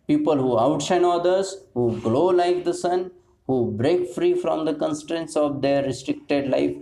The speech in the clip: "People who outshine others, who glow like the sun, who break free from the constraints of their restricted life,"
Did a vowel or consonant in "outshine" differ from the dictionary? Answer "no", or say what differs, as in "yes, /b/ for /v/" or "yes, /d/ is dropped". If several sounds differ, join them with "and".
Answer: yes, /s/ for /tʃ/